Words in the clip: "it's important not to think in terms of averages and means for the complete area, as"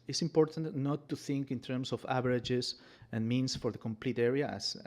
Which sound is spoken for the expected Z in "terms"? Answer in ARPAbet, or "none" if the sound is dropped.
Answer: S